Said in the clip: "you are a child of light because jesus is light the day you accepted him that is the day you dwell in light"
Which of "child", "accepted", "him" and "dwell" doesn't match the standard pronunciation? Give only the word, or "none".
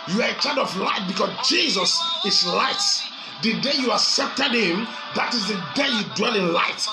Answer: child